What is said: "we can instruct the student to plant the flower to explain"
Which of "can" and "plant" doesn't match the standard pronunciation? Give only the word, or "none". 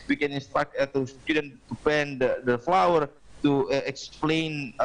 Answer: plant